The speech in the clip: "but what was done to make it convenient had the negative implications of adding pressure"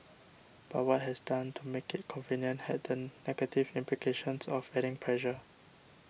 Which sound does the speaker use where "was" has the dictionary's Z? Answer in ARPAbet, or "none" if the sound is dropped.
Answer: S